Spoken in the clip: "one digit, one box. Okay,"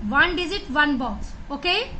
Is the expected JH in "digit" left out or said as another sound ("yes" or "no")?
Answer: yes